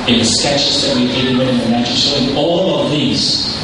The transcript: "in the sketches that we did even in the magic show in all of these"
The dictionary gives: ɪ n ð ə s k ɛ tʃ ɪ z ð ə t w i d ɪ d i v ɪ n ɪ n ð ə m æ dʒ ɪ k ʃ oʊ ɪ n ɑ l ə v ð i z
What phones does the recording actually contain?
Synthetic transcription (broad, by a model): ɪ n ð ə s k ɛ tʃ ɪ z ð ə t w i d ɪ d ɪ w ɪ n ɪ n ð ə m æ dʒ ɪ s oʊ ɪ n ɑ l ə v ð i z